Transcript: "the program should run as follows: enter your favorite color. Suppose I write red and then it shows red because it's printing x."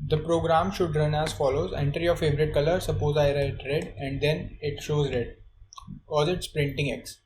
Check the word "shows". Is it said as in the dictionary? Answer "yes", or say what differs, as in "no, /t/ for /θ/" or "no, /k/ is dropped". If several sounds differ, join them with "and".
yes